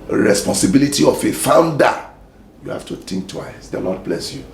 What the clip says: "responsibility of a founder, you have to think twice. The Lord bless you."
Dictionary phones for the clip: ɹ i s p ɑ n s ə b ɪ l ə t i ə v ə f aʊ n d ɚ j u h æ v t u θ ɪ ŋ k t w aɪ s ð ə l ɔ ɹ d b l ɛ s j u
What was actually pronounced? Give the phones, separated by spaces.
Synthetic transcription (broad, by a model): ɹ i s p ɑ n s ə b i l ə t i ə f ə f aʊ n d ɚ j u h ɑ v t u t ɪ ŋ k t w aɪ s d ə l ɔ d b l ɛ s j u